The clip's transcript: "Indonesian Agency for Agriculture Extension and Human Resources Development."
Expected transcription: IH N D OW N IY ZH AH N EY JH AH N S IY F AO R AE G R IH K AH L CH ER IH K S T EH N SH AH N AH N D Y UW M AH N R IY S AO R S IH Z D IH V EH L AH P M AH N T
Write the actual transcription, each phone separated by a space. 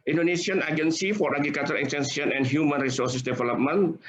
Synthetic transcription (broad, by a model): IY N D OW N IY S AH N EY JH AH N S IY F AO R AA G R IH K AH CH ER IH K S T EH N S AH N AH N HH Y UW M AH N R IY S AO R S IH S D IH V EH L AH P M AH N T